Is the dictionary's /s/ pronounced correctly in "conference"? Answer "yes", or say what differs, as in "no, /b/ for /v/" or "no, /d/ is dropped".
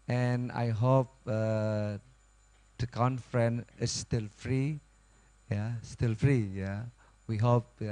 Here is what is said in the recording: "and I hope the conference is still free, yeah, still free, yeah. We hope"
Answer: no, /s/ is dropped